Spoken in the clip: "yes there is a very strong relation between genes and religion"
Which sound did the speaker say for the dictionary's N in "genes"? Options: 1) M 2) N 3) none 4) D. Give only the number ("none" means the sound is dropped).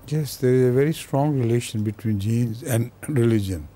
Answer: 2